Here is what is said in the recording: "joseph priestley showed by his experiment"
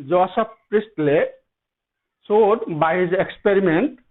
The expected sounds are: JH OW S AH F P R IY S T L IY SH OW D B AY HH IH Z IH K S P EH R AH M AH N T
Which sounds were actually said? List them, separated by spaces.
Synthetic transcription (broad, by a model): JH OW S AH P R IY S T L IY S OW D B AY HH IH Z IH K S P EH R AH M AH N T